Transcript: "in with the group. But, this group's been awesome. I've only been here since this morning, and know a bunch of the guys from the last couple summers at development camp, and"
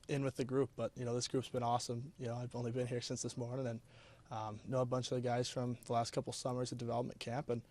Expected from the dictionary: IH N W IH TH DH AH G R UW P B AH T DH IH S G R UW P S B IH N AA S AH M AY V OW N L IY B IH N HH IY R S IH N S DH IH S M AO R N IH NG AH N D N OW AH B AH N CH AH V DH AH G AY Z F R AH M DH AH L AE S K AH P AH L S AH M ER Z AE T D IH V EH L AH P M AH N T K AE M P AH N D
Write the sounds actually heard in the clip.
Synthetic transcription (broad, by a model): IH N W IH DH AH G R UW P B AH T DH IH S G R UW P S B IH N AA S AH M AY V OW N L IY B IH N HH IY R S IH N S DH IH S M AO R N IH NG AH N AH N OW AH B AH N CH AH V DH AH G AY Z F R AH M DH AH L AE S K AH P L S AH M ER Z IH D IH V EH L AH P M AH N K AE M P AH N